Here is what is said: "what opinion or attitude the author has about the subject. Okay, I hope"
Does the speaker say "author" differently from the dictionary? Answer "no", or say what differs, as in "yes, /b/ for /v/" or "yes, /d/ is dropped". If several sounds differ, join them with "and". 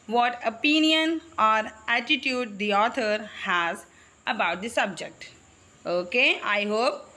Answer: yes, /t/ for /θ/